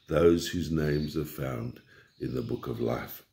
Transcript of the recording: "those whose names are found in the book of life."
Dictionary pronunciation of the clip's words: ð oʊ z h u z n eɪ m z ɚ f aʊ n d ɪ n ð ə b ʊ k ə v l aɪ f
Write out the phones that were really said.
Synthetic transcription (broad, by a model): ð oʊ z h u z n eɪ m z ɚ f aʊ n d ɪ n ð ə b ʊ k ə v l aɪ f